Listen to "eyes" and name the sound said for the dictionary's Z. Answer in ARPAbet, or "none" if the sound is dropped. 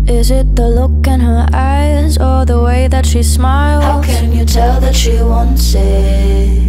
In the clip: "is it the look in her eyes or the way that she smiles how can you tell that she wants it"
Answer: Z